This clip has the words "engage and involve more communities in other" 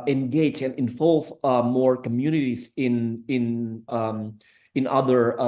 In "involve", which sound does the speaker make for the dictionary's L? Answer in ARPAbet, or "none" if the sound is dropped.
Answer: L